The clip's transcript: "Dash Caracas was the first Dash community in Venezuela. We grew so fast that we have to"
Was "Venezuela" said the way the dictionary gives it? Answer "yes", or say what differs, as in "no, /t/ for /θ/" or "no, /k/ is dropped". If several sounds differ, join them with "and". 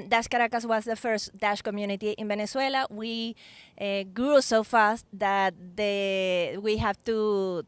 no, /b/ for /v/ and /s/ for /z/